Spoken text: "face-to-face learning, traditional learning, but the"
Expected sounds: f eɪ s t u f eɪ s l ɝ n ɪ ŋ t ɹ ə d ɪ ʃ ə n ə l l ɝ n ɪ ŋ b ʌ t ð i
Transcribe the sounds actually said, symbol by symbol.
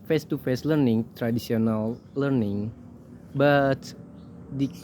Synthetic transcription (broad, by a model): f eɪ s t u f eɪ s l ɝ n ɪ ŋ t ɹ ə d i s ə n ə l l ɝ n ɪ ŋ b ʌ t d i